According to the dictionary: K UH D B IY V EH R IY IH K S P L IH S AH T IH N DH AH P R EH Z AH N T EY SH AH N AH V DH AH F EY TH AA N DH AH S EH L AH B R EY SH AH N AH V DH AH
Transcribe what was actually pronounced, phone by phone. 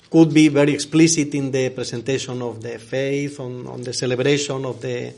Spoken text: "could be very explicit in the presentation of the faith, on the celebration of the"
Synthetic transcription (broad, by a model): K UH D B IY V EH R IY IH K S P L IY S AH T IH N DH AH P R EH S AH N T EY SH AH N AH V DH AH F EY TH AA N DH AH S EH L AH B R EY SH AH N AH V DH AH